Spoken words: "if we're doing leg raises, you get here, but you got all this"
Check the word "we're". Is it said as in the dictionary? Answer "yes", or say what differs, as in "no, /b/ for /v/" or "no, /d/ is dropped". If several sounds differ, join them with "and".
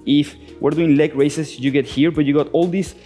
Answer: yes